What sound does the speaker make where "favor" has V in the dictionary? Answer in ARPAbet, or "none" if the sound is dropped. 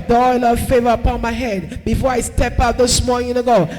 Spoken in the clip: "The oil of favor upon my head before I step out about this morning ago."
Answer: V